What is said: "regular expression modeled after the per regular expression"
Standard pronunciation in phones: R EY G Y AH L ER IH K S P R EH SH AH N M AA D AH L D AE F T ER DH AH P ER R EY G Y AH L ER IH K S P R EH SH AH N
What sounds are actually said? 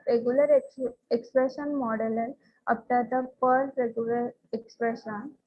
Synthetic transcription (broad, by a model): R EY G Y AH L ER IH K S P R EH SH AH N M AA D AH L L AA P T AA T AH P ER R EY G Y AH L ER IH K S P R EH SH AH N